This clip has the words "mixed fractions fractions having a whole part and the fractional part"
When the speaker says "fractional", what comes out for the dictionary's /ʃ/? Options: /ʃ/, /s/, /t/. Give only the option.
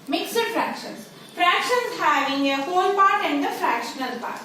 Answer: /ʃ/